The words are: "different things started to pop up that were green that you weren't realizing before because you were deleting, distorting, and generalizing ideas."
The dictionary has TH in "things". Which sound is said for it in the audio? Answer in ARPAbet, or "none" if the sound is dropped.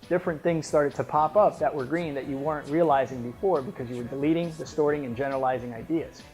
TH